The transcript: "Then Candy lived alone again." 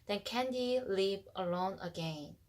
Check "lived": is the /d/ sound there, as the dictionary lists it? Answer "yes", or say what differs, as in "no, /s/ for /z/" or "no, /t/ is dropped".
no, /d/ is dropped